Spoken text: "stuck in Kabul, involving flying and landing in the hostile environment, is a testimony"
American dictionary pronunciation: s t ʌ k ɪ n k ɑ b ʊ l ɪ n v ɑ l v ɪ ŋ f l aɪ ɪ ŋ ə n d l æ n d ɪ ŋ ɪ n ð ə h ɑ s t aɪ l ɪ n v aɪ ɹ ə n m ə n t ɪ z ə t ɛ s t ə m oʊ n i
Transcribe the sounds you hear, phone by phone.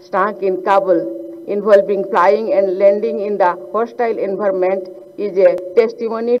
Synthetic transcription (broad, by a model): s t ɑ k ɪ n k ɑ b ʊ l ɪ n b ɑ l b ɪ ŋ p l aɪ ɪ ŋ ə n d l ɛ n d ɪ ŋ ɪ n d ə h ɑ s t aɪ l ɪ n b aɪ ɹ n m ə n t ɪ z ə t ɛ s t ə m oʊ n i